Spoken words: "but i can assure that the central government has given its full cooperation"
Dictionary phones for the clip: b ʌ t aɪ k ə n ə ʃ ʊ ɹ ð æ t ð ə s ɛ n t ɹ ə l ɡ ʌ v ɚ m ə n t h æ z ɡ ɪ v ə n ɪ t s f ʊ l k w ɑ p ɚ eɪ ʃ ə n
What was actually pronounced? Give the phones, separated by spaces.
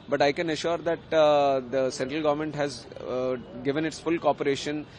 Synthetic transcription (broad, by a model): b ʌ t aɪ k ə n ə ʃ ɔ ɹ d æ t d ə s ɛ n t ɹ ə l ɡ ʌ v ɚ m ə n t h æ z ɡ ɪ v ə n ɪ t s f ʊ l k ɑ p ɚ eɪ ʃ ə n